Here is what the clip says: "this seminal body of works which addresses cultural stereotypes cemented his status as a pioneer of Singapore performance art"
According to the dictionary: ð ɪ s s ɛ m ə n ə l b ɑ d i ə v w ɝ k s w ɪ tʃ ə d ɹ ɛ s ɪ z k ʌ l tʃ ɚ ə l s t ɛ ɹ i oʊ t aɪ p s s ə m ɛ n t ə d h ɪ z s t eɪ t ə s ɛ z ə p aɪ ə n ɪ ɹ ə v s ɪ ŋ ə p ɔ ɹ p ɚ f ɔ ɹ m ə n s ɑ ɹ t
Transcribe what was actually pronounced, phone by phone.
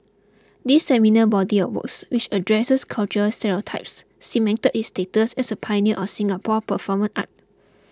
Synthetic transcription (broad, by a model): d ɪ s s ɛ m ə n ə b ɑ d i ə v w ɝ k s w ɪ tʃ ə d ɹ ɛ s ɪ s k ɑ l tʃ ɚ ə l s t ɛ ɹ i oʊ t aɪ p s s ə m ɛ n t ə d h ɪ s t eɪ t ə s ɛ s ə p aɪ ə n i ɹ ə s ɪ ŋ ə p ɔ p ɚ f ɔ m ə n ɑ t